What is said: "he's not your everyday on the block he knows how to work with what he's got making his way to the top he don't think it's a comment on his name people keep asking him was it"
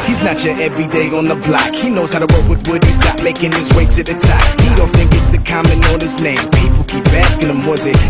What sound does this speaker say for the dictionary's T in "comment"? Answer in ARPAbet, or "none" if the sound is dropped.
none